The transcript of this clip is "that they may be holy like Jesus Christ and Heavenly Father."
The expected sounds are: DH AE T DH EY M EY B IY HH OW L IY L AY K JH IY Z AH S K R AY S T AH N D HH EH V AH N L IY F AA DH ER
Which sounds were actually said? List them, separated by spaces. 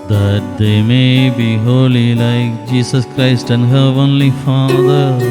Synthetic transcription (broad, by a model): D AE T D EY M EY B IY HH OW L IY L AY K JH IY S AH S K R AY S T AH N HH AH AH N L IY F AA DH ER